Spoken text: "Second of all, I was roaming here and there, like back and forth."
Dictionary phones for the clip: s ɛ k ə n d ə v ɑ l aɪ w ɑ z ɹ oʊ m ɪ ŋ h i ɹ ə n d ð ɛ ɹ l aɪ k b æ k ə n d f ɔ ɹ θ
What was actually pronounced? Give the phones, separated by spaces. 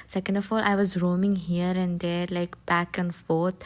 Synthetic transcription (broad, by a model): s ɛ k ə n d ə f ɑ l aɪ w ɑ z ɹ oʊ m ɪ ŋ h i ɹ ə n d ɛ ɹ l aɪ k b æ k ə n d f ɔ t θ